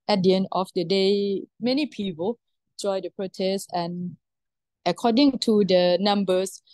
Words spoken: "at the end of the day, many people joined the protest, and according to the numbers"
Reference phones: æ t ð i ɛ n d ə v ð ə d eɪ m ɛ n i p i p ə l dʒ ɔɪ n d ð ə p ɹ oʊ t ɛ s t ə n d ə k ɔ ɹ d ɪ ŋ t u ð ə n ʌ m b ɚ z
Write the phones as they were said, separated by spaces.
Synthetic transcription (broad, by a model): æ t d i ɛ n d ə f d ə d eɪ m ɛ n i p i p ə l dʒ ɔɪ d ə p ɹ oʊ t ɛ s t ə n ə k ɔ d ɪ ŋ t u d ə n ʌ m b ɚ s